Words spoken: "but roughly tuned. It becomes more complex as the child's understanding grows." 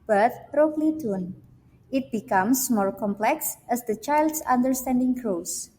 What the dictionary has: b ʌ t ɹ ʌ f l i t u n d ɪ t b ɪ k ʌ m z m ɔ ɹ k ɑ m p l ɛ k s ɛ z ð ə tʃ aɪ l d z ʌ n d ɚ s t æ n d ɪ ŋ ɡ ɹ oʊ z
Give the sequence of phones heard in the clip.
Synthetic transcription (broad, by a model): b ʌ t ɹ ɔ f l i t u n ɪ t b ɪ k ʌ m s m ɔ ɹ k ɑ m p l ɛ k s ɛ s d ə tʃ aɪ l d s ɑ n d ɚ s t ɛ n d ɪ ŋ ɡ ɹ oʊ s